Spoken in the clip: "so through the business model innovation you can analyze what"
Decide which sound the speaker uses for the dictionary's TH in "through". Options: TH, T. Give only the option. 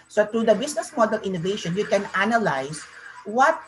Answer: T